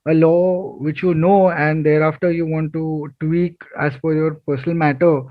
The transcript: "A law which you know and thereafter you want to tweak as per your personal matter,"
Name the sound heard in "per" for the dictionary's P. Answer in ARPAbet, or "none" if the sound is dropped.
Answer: F